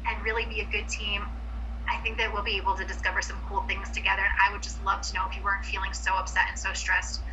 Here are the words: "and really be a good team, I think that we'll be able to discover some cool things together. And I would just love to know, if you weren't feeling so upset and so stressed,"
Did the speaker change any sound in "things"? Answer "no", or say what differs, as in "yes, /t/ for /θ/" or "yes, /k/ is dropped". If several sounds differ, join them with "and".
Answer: no